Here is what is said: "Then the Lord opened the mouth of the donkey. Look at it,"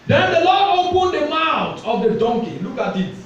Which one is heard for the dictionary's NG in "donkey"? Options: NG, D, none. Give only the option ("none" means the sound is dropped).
NG